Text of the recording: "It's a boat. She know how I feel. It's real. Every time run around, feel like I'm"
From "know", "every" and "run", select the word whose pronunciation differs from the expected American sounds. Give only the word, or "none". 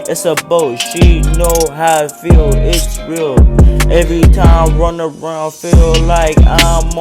none